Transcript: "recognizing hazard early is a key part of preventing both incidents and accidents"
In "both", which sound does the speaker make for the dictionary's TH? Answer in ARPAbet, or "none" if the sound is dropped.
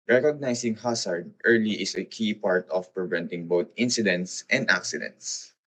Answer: T